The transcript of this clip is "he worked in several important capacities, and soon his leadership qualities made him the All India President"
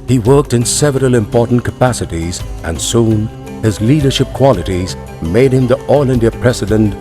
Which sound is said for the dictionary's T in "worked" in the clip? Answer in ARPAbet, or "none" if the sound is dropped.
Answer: T